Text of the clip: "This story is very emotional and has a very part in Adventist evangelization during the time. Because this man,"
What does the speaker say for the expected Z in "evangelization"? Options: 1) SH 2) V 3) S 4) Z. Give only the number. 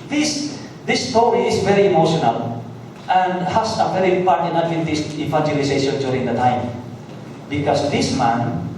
3